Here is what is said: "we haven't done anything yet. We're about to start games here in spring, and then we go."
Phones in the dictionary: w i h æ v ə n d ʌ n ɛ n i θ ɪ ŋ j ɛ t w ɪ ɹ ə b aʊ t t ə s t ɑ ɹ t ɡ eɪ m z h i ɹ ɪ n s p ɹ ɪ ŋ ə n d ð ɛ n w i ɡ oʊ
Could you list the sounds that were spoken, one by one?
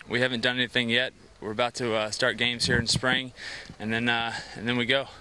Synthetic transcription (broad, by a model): w i h æ v ə n d ʌ n ɛ n i θ ɪ ŋ j ɛ t w ɪ ɹ ə b aʊ t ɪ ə s t ɑ ɹ t ɡ eɪ m z h i ɹ ɪ n s p ɹ ɪ ŋ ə n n ð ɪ n w i ɡ oʊ